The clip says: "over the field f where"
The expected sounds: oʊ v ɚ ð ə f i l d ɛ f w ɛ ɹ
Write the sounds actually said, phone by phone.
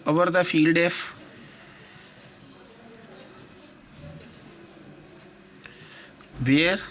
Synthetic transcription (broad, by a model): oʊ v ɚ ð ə f i l d ɛ f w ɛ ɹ